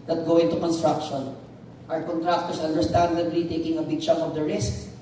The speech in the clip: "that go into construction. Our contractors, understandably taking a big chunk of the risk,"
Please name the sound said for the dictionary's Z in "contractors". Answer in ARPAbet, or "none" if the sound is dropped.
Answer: S